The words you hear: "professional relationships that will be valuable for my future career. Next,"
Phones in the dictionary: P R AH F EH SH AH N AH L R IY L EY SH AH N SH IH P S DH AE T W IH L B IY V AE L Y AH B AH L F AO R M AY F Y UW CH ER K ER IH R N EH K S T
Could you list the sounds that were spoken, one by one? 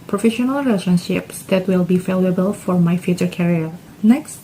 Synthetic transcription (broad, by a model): P R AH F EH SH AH N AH L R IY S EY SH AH N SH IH P S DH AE T W IH L B IY F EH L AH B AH L F AO R M AY F Y UW CH ER K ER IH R N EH K S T